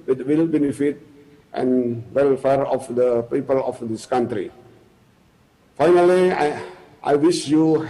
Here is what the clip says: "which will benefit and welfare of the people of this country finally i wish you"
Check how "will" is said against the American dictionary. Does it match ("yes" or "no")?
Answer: yes